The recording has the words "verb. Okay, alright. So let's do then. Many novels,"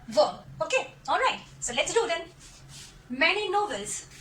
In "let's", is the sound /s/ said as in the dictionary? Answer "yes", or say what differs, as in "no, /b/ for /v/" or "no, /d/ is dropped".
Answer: yes